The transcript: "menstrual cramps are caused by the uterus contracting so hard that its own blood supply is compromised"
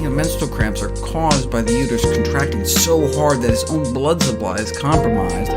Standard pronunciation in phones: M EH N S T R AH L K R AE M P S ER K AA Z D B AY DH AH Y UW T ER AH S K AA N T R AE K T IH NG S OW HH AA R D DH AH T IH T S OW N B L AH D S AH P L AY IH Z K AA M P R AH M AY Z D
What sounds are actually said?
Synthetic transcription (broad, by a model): M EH N S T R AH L K R AE M P S ER K AA Z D B AY DH AH Y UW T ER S K N T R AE K T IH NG S OW HH AA R D DH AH T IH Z OW N B L AH D S AH P L AY IH Z K AA M P R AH M AY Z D